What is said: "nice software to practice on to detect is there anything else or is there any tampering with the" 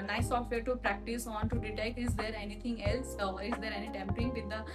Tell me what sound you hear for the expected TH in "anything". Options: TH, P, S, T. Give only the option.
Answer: T